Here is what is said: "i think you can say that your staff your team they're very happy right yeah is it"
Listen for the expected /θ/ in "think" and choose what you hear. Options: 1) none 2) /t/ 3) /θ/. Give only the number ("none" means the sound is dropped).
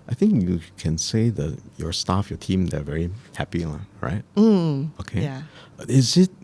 3